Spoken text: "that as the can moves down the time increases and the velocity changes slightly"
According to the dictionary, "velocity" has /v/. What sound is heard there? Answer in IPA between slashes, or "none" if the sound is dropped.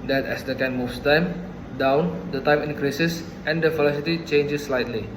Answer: /f/